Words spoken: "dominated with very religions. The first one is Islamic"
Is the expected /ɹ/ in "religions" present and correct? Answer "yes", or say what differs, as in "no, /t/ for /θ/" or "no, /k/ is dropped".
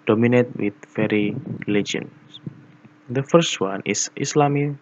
no, /l/ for /ɹ/